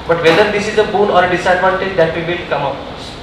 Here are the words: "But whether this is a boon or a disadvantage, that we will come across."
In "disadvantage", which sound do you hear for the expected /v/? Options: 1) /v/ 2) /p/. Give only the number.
2